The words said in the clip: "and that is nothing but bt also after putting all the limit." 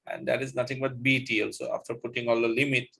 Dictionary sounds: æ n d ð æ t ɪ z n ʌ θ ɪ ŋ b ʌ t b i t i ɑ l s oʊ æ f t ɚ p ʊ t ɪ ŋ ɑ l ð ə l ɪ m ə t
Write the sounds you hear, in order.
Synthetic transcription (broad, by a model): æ n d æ t ɪ z n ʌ t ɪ ŋ b ʌ t b i t i ɑ l s oʊ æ f t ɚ p ʊ t ɪ ŋ ɑ l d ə l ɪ m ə t